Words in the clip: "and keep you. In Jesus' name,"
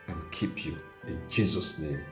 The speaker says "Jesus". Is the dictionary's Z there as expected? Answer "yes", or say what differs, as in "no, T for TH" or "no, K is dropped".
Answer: yes